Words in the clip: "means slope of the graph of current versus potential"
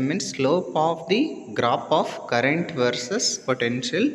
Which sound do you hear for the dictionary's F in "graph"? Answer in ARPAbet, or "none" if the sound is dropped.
P